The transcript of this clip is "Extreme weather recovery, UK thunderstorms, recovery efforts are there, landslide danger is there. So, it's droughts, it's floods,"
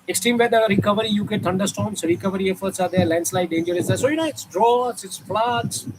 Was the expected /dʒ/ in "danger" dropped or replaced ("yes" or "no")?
no